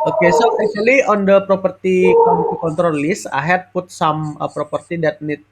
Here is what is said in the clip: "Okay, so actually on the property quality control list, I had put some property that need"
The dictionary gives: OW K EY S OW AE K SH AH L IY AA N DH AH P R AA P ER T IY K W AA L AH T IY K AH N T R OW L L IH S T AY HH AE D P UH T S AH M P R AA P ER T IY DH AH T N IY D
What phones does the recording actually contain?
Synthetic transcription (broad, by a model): OW K EY S OW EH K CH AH L IY AA N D AH P R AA P ER T IY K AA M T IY K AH N T R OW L L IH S AY HH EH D P UH T S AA M P R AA P ER T IY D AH T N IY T